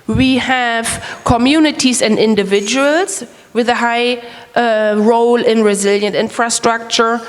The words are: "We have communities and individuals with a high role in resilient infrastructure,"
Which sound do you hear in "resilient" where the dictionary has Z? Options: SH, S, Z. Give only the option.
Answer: Z